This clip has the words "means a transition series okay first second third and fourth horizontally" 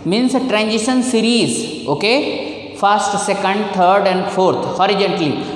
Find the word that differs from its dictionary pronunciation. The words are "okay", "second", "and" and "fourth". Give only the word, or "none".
fourth